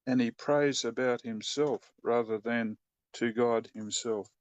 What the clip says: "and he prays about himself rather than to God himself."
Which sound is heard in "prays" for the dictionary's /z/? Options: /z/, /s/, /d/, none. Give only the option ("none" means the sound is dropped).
/z/